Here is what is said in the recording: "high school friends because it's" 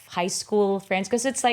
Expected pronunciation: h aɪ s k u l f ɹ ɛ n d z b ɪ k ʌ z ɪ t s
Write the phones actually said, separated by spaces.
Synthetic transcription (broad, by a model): h aɪ s k u l f ɹ ɛ n d z k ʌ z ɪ t s